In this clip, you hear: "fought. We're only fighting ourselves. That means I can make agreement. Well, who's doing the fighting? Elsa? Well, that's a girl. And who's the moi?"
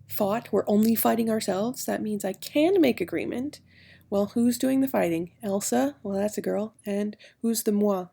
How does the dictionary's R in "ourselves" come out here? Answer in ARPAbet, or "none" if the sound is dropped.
R